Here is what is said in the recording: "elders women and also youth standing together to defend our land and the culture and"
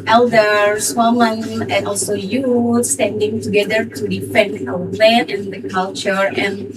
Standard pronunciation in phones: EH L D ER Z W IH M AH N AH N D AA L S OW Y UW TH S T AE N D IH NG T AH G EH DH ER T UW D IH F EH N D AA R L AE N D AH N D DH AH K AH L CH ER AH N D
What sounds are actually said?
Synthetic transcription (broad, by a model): EH L D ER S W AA M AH N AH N AA L S OW Y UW S T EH N D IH NG T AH G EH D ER T UW D IH F EH N D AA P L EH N AH N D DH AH K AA L CH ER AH N